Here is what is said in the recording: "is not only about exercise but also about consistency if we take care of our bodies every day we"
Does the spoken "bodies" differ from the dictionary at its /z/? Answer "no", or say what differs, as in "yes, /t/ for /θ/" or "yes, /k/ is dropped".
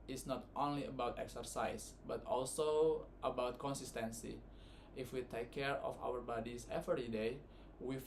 yes, /s/ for /z/